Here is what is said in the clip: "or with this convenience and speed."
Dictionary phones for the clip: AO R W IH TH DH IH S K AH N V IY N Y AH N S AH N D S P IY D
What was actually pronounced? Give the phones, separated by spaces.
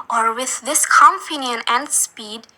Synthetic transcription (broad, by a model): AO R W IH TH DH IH S K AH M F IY N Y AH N AH N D S P IY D